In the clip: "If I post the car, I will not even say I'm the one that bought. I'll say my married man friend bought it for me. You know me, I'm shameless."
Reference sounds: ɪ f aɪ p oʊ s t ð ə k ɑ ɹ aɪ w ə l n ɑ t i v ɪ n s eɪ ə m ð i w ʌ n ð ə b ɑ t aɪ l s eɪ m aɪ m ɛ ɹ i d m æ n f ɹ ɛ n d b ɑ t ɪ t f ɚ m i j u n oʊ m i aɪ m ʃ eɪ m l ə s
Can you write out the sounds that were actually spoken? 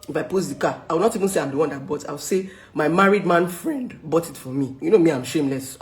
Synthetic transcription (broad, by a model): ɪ f aɪ p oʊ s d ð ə k ɑ aɪ w ə l n ɑ t i v ɪ n s eɪ ə m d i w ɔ n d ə b ɑ t aɪ w s eɪ m aɪ m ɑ ɹ i d m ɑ n f ɹ ɛ n d b ɑ t ɪ t f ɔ m i j u n oʊ m i aɪ m ʃ eɪ m l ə s